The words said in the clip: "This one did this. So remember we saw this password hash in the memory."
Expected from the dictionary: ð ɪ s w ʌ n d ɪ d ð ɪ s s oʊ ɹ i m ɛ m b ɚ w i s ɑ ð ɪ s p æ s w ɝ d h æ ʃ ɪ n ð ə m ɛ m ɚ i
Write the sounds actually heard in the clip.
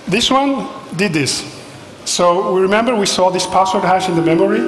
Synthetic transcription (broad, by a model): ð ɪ s w ʌ n d ɪ d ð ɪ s s oʊ ɹ i m ɛ m b ɚ w i s ɑ ð ɪ s p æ s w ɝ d h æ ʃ ɪ n ð ə m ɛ m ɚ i